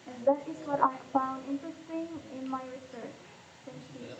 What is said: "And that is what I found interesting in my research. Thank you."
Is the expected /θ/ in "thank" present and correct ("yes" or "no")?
no